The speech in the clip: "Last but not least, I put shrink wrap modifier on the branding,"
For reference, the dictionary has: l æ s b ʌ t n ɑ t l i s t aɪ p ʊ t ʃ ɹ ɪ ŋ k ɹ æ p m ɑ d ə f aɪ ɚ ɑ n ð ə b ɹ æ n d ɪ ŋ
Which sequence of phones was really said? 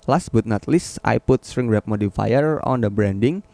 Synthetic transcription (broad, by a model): l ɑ s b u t n ɑ t l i s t aɪ p ʊ t s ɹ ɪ ŋ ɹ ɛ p m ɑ d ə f aɪ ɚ ɑ n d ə b ɹ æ n d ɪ ŋ